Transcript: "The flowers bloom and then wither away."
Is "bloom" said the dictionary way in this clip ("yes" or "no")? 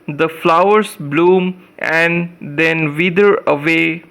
yes